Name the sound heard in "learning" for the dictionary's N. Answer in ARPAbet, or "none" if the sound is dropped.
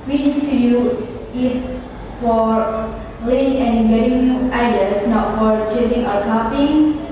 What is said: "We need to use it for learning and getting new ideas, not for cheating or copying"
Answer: none